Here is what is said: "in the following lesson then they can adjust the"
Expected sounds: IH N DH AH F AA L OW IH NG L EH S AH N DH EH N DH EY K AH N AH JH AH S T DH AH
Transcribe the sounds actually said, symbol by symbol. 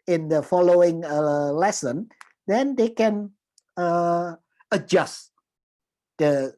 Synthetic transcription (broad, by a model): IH N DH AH F AA L OW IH NG L EH S AH N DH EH N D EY K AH N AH JH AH S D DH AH